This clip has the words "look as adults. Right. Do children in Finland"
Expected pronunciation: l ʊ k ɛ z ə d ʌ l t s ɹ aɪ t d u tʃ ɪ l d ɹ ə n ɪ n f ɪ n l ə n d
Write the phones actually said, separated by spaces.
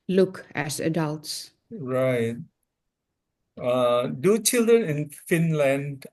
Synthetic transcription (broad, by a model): l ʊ k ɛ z ə d ʌ l t s ɹ aɪ t d u tʃ ɪ l d ɹ ə n ɪ n f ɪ n l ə n d